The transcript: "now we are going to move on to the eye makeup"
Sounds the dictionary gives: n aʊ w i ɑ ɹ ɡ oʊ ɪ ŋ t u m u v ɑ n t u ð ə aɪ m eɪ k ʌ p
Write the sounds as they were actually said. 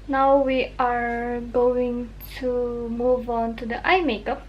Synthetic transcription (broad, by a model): n aʊ w i ɑ ɹ ɡ oʊ ɪ ŋ t u m u v ɑ n t u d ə aɪ m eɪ k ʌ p